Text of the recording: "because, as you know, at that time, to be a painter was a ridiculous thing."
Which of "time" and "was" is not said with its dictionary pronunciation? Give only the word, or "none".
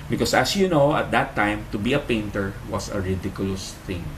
was